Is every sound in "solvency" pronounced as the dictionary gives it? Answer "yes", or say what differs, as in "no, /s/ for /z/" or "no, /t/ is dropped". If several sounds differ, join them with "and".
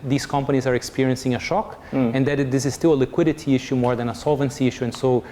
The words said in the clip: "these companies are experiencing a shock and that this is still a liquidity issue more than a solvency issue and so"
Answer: yes